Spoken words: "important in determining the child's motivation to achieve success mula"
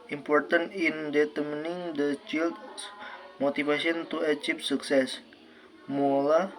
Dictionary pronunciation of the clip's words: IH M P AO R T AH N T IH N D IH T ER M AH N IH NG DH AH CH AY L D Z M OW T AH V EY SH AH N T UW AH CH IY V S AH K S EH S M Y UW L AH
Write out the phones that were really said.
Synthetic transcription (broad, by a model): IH M P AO R T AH N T IH N D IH T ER M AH N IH NG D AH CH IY L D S M OW T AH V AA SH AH N T UW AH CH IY P S AH K S EH S M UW L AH